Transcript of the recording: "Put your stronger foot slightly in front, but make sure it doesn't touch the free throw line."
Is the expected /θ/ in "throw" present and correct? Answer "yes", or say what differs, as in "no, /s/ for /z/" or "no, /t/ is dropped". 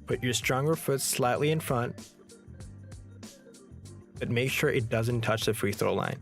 yes